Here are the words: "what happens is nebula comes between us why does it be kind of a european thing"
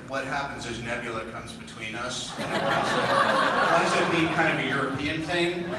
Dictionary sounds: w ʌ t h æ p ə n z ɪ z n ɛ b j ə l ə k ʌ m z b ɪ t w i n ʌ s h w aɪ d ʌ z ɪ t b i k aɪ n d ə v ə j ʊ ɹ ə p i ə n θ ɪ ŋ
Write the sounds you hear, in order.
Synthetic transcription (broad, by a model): w ʌ t h æ p ə n z ɪ z n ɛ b j l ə k ʌ m z b ɪ t w i n ʌ s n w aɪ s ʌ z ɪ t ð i k aɪ n d ə v ə j ʊ ɹ ə p i ə n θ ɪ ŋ